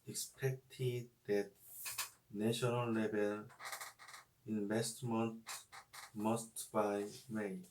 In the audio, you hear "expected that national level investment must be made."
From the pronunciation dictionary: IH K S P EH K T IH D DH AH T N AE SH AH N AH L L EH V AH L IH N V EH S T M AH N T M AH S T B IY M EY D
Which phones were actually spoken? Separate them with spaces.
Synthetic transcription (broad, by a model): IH K S P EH K T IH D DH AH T N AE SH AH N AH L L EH B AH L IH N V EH S T M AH N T M AH S T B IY M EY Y